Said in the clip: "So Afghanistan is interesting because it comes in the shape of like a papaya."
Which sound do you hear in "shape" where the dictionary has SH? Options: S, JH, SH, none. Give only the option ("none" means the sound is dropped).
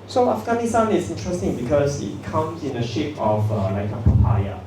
SH